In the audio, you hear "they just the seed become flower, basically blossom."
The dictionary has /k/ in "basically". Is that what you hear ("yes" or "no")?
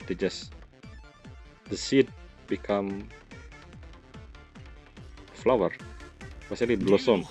no